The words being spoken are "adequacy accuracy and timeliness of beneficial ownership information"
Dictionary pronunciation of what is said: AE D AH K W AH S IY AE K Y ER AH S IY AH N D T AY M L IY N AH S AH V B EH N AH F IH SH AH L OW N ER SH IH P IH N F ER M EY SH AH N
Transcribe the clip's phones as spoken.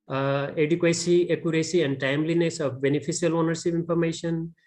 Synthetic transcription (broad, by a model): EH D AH K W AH S IY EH K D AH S IY AH N D T AY M L IY N AH S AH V B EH N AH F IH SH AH L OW N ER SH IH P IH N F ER M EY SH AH N